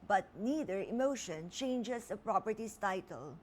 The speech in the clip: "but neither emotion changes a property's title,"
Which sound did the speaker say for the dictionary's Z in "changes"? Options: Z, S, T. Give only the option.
S